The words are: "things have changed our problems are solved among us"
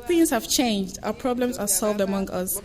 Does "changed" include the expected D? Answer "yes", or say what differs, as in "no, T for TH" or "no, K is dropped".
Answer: yes